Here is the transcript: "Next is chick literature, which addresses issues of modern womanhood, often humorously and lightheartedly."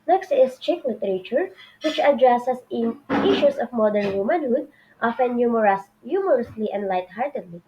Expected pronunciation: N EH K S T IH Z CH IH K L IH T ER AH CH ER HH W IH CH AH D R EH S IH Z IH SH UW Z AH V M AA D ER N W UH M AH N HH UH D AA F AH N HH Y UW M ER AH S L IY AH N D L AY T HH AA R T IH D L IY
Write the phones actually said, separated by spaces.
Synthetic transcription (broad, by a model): N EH K S T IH S CH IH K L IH T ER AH CH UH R W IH CH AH D R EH S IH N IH SH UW S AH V M AA D ER N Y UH M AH N HH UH D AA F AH N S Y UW M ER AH S L IY AH N D L AY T HH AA R T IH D L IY